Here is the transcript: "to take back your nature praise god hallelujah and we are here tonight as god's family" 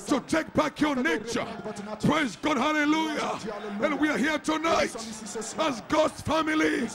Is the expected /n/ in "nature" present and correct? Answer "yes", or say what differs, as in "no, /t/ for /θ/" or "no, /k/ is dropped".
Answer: yes